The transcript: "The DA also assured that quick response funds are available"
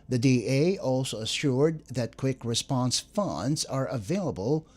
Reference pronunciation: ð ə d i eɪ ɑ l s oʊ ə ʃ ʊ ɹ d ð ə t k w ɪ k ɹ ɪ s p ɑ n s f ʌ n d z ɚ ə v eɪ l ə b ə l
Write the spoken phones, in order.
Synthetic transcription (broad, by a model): ð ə d i eɪ ɑ l s oʊ ə ʃ ʊ ɹ d ð ə t k w ɪ k ɹ ɪ s p ɑ n s f ʌ n d z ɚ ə v eɪ l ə b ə l